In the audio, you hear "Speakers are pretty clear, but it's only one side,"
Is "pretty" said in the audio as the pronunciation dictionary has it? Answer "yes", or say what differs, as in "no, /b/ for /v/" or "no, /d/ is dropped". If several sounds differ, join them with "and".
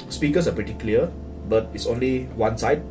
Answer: yes